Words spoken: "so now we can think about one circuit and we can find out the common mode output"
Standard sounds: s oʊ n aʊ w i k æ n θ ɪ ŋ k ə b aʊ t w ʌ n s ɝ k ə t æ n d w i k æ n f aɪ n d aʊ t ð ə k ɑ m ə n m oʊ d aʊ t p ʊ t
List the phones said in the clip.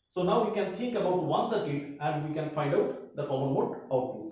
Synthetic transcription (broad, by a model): s oʊ n aʊ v i k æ n t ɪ ŋ k ə b aʊ t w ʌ n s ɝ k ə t æ n d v i k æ n f aɪ n d aʊ t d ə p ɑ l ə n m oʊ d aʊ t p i